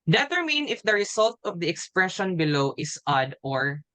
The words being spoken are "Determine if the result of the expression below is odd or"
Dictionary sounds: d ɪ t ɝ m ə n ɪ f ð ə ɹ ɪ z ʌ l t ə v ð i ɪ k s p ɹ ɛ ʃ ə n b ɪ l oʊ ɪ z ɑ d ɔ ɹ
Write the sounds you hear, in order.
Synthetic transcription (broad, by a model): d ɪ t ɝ m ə n ɪ f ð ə ɹ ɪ s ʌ l t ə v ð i ɪ k s p ɹ ɛ ʃ ə n b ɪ l oʊ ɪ s ɑ d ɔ ɹ